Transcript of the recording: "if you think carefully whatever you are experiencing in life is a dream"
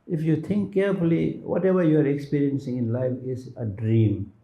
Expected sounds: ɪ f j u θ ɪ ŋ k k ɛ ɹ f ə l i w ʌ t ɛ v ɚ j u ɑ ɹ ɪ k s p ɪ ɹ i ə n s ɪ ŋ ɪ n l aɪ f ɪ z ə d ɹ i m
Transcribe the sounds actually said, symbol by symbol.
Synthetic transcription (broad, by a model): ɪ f j u t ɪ ŋ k k ɛ ɹ f ə l i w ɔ t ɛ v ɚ j u ɑ ɹ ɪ k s p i ɹ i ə n s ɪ ŋ ɪ n l aɪ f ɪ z ə d ɹ i m